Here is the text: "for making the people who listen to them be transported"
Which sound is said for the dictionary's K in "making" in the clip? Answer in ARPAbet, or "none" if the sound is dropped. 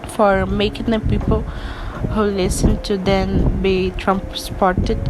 K